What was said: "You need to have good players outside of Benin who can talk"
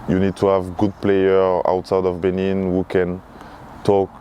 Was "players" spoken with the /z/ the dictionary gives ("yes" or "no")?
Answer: no